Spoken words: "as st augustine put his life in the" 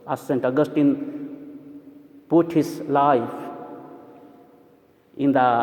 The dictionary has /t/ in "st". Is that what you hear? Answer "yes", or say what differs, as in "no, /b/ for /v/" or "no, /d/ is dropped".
yes